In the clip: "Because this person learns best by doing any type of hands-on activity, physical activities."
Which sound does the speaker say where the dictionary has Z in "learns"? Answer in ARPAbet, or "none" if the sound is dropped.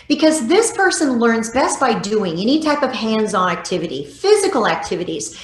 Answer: Z